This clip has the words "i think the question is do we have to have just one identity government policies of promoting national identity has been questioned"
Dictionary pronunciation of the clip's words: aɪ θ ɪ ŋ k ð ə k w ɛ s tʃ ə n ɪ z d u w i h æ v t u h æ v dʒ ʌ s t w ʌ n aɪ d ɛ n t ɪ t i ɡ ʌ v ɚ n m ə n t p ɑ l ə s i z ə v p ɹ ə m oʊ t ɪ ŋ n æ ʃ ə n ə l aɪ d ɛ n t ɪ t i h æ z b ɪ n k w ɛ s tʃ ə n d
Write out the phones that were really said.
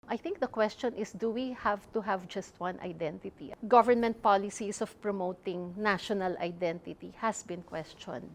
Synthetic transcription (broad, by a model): aɪ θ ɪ ŋ k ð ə k w ɛ s tʃ ə n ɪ s d u w i h æ v t u h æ v dʒ ʌ s t w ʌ n aɪ d ɛ n t ɪ t i ɡ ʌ v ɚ n m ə n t p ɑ l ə s i s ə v p ɹ ə m oʊ t ɪ ŋ n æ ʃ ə n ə l aɪ d ɛ n t ɪ t i h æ s b ɪ n k w ɛ s tʃ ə n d